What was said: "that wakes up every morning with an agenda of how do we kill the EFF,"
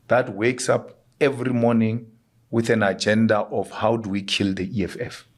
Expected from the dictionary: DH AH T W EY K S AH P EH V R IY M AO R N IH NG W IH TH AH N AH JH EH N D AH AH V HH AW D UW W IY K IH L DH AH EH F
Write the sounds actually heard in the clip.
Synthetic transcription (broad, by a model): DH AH T W EY K S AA P EH V R IY M AO N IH NG W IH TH AH N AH JH EH N D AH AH F HH AW D UW W IY K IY L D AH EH F